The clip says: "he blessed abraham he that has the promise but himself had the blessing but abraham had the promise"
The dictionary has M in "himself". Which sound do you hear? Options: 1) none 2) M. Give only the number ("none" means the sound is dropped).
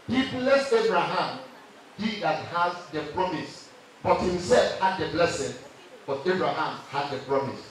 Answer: 2